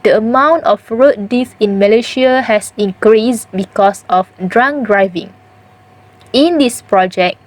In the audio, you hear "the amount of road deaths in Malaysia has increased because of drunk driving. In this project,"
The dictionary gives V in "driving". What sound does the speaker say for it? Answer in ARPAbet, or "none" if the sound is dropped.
V